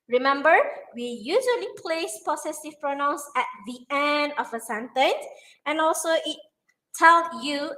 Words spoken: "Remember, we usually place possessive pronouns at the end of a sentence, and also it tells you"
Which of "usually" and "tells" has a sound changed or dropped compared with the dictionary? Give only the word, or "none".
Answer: tells